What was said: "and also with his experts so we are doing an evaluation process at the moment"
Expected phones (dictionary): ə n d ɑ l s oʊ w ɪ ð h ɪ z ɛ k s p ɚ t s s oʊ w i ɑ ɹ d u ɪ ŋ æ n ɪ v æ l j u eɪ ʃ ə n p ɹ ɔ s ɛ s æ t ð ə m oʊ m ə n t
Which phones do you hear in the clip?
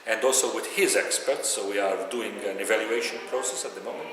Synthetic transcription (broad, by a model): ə n d ɑ l s oʊ w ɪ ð h ɪ z ɛ k s p ɚ t s s oʊ w i ɑ ɹ d u ɪ ŋ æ n ɪ v æ l j u eɪ ʃ ə n p ɹ ɔ s ɛ s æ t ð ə m oʊ m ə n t